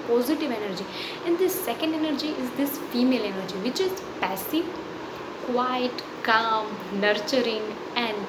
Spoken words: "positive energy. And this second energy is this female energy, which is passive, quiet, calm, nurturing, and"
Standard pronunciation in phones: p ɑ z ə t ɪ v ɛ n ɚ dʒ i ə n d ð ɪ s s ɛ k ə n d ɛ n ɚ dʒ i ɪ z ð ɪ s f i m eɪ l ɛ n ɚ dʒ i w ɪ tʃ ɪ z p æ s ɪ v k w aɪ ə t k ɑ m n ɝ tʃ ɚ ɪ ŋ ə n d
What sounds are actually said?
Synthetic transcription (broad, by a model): p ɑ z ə t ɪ v ɛ n ɚ dʒ i ə n d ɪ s s ɛ k ə n d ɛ n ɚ dʒ i ɪ z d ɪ s f i m eɪ l ɛ n ɚ dʒ i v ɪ tʃ ɪ z p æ s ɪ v k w aɪ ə t k ɑ m n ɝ tʃ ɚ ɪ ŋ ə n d